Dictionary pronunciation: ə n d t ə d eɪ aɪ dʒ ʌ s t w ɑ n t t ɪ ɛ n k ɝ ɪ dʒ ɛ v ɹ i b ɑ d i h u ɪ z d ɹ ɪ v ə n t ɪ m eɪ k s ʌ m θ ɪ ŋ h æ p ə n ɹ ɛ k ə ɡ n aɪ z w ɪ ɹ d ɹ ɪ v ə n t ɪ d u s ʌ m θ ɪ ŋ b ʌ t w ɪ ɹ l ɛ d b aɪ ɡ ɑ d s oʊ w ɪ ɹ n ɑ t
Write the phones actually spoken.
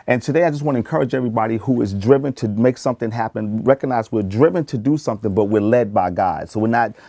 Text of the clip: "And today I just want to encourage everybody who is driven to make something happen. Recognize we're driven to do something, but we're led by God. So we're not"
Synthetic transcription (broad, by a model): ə n t ə d eɪ aɪ dʒ ʌ s t w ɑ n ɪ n k ɝ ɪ dʒ ɛ v ɹ i b ɑ d i h u ɪ z d ɹ ɪ v ə n t ɪ m eɪ k s ʌ m θ ɪ ŋ h æ p ə n ɹ ɛ k ə ɡ n aɪ z w ɪ ɹ d ɹ ɪ v ə n t ɪ d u s ʌ m θ ɪ ŋ b ʌ t w ɪ ɹ l ɛ d b aɪ ɡ ɑ d s oʊ w ɪ ɹ n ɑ t